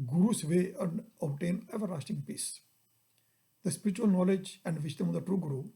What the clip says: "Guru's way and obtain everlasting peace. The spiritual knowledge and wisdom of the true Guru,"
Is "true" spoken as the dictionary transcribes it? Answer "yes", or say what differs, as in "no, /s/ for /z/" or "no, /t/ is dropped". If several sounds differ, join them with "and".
yes